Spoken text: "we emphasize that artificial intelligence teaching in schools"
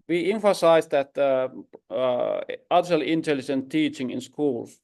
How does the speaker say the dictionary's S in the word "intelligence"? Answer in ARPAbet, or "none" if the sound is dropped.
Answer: none